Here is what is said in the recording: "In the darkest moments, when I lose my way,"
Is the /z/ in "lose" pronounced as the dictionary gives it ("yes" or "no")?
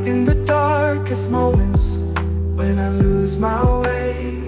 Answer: yes